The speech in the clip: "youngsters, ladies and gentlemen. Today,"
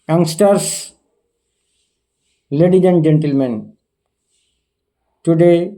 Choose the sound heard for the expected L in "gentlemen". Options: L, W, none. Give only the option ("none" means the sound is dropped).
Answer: L